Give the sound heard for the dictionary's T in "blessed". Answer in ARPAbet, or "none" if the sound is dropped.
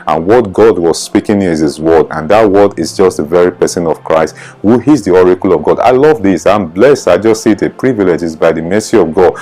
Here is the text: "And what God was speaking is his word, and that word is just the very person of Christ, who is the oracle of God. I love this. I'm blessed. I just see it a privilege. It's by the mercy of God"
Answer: T